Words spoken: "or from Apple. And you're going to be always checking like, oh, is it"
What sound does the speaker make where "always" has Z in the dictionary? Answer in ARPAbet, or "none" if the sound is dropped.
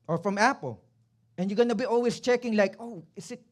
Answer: S